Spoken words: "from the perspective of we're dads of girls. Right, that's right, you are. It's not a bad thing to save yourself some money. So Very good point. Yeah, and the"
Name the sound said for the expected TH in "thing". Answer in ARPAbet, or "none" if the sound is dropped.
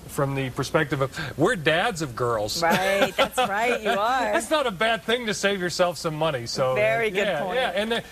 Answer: TH